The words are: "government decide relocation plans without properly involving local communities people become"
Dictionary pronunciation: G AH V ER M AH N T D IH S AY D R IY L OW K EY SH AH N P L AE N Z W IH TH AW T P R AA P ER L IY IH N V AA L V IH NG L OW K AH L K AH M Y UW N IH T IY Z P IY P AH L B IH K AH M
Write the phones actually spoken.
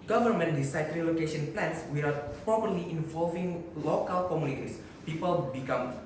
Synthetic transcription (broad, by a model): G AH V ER M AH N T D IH S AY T R IY L OW K EY SH AH N P L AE N S W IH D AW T P R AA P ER L IY IH N V AA L V IH NG L OW K AH L K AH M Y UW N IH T IY S P IY P AH L B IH K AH M